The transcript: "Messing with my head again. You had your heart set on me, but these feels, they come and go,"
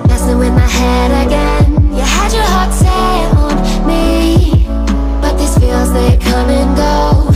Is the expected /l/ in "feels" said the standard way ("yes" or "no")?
yes